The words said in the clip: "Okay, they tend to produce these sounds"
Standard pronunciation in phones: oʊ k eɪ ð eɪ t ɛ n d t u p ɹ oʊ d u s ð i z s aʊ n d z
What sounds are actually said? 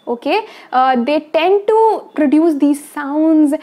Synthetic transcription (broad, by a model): oʊ k eɪ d eɪ t ɛ n d t u p ɹ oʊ d u s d i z s aʊ n d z